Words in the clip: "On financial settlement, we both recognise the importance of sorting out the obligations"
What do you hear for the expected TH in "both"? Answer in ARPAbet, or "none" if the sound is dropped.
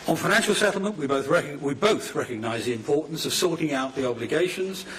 TH